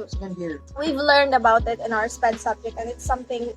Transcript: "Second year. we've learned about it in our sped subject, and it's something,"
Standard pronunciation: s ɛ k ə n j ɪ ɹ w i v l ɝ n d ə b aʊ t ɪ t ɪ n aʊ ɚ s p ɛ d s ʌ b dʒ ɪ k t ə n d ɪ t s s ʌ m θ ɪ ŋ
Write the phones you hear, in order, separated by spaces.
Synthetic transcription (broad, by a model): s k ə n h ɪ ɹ w i v l ɝ n d ə b aʊ t ɪ t ɪ n aʊ ɚ s p ɛ d s ʌ b dʒ ɪ k t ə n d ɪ t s s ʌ m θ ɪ ŋ